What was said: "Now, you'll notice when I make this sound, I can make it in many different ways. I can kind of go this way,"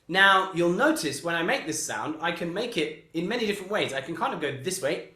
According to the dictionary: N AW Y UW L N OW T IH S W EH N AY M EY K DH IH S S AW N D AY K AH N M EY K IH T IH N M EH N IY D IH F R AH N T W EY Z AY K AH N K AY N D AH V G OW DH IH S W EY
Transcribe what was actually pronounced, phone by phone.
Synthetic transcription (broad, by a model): N AW Y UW L N OW T IH S W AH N AY M EY K DH IH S S AW N D AY K AH N M EY K IH T IH N M EH N IY D IH F R AH N T W EY Z AY K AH N K AY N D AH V G OW DH IH S W EY